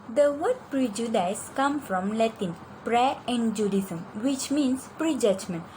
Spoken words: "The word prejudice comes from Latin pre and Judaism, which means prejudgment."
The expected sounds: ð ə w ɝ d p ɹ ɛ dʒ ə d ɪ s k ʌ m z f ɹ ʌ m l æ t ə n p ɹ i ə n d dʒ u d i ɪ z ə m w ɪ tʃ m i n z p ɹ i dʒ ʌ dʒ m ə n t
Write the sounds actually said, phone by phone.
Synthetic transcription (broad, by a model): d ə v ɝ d p ɹ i dʒ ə d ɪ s k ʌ m f ɹ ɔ m l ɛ t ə n p ɹ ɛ ə n d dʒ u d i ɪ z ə m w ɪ tʃ m i n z p ɹ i dʒ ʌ dʒ m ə n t